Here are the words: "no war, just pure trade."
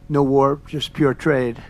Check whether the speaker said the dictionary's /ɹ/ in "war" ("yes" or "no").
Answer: yes